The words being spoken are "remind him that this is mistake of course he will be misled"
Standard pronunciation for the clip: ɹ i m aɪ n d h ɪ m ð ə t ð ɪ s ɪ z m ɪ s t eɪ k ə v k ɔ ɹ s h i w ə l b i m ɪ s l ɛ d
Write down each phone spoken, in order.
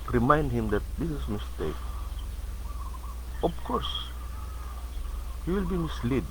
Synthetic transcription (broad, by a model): ɹ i m aɪ n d h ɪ m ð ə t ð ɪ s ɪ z m ɪ s t eɪ k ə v k ɔ ɹ s h i w ə l b i m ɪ s l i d